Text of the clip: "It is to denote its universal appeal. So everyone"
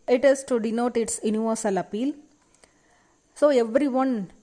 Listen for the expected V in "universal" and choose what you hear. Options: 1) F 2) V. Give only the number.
2